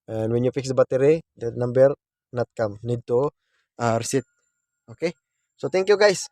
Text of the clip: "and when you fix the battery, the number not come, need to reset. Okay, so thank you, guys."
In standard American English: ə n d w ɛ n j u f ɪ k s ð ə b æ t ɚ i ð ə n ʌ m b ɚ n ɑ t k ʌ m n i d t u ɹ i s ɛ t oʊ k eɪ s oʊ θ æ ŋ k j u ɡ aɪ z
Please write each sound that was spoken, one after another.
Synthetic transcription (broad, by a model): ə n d w ɛ n j u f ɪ k s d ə b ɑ t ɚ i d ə n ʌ m b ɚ n ɑ t k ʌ m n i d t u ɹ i s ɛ t oʊ k eɪ s oʊ t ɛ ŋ k j u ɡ aɪ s